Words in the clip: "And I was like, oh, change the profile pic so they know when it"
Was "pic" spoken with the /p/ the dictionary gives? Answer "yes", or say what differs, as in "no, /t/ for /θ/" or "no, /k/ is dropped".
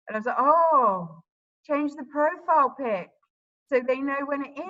yes